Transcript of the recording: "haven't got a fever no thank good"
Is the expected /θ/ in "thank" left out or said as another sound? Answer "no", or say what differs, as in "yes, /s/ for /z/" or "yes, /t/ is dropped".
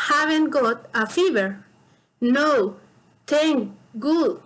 yes, /t/ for /θ/